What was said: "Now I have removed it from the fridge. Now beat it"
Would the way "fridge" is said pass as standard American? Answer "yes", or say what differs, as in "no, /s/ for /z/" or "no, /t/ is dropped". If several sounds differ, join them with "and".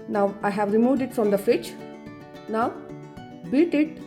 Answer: no, /ɹ/ is dropped and /tʃ/ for /dʒ/